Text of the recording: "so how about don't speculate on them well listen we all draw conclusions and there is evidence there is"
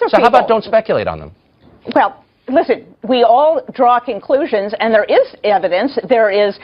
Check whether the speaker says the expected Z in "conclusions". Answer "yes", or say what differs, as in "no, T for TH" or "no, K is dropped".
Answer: yes